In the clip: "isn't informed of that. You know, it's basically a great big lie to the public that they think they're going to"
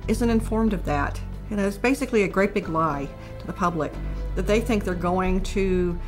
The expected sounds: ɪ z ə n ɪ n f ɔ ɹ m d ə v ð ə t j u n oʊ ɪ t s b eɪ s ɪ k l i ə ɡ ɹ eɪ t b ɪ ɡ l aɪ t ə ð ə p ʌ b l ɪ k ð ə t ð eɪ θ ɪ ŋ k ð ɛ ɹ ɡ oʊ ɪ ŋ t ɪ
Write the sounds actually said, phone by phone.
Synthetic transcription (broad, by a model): ɪ z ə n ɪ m f ɔ ɹ m d ə v ð ə t j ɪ n oʊ ɪ t s b eɪ s ɪ k l i ə ɡ ɹ eɪ t b ɪ ɡ l aɪ t ə ð ə p ʌ b l ɪ k ð ə t ð eɪ θ ɪ ŋ k ð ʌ ɹ ɡ oʊ ɪ ŋ t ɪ